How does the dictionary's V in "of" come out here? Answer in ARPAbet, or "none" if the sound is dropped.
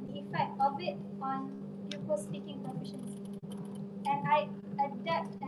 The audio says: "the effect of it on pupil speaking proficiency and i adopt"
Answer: B